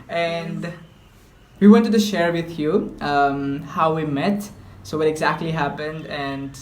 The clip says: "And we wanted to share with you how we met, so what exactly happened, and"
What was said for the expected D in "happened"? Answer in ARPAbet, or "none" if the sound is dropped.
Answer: D